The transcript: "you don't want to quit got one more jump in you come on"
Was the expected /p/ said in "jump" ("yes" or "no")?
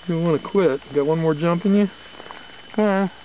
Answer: yes